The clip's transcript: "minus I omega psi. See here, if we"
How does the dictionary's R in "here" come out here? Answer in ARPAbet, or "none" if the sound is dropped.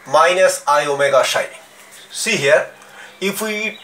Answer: R